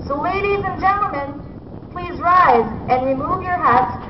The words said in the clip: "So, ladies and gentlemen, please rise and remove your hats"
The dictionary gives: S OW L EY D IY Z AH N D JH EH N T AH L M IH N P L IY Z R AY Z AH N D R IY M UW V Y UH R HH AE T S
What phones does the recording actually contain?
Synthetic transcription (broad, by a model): S OW L EY D IY Z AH N JH EH N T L M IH N P L IY Z R AY Z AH N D R IY M UW V Y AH R HH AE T S